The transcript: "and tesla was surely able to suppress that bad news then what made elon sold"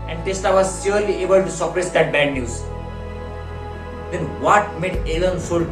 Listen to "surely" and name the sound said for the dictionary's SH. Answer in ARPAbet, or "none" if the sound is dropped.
S